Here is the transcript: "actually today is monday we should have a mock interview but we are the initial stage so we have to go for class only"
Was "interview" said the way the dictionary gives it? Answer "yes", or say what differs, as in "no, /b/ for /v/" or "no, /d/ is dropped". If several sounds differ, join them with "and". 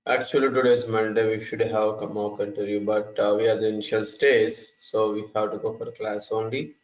no, /v/ is dropped